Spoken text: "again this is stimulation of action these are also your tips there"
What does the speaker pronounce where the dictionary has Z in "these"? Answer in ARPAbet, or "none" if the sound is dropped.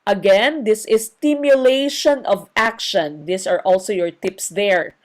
S